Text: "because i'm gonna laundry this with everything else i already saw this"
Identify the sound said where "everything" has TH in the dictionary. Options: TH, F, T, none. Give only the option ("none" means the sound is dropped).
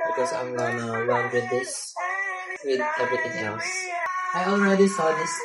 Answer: T